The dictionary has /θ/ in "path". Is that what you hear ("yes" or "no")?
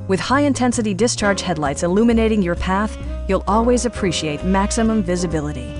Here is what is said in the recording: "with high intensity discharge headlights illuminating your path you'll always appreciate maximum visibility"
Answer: yes